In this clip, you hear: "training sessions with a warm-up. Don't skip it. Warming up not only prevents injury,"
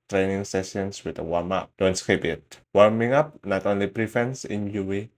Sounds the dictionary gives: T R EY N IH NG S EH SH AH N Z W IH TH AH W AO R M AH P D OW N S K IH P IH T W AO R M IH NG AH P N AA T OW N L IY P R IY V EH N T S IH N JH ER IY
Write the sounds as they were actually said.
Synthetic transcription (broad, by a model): T R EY N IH NG S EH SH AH N S W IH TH AH W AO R M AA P D OW N S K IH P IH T W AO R M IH NG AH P N AA T OW N L IY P R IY F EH N S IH N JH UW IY